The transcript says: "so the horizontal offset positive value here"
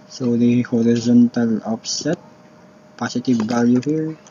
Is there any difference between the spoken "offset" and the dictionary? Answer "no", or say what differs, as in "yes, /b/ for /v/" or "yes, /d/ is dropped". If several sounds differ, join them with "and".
yes, /p/ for /f/